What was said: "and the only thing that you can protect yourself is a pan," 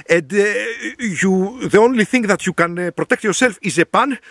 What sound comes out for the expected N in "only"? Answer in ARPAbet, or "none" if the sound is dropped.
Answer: N